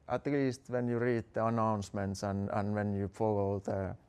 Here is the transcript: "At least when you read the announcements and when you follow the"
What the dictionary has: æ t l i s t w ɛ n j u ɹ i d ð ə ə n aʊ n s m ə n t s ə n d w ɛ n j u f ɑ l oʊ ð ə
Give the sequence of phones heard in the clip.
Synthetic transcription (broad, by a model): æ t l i s t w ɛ n j u ɹ i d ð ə ə n aʊ n s m ə n t s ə n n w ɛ n j u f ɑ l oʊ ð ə